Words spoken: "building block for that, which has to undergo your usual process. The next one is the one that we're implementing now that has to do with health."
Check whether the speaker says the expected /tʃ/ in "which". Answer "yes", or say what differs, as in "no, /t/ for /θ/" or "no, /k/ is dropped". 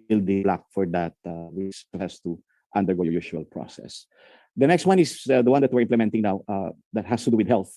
no, /s/ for /tʃ/